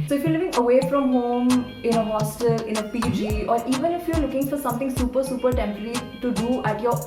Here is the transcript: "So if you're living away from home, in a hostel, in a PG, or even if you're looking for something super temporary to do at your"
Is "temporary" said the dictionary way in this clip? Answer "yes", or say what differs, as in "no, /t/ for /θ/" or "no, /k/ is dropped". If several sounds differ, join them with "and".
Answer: no, /s/ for /t/ and /m/ is dropped